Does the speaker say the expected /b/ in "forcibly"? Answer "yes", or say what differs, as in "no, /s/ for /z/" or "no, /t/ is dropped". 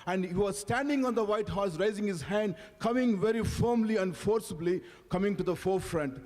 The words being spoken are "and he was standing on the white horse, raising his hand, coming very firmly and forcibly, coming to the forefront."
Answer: yes